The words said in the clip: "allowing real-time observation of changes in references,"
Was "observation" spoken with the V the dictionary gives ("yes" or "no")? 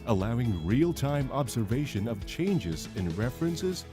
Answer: yes